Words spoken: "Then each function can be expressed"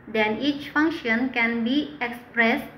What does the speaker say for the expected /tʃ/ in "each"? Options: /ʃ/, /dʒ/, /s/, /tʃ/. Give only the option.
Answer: /tʃ/